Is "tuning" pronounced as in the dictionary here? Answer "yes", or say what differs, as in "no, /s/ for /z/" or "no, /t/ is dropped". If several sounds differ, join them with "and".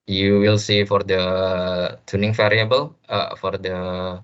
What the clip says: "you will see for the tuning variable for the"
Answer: yes